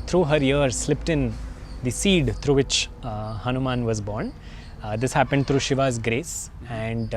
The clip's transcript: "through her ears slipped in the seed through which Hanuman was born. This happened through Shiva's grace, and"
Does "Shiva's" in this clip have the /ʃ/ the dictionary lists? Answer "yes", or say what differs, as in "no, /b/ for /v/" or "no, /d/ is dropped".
yes